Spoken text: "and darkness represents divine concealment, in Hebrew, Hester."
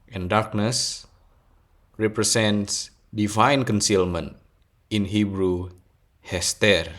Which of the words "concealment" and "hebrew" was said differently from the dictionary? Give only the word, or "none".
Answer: none